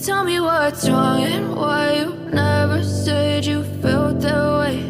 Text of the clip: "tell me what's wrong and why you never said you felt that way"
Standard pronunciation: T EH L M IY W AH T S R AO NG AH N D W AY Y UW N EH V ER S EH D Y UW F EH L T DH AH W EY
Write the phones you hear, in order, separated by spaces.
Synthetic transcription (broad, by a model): T EH L M IY W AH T R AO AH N W AY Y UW N EH V ER S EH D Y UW F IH L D DH AH W EY